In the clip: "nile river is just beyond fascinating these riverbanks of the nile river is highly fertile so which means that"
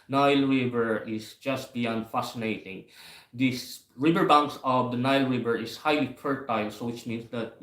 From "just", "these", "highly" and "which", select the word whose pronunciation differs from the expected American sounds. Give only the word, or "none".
these